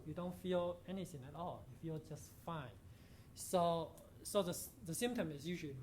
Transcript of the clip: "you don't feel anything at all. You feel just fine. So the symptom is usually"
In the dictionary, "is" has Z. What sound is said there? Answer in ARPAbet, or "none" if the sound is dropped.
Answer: S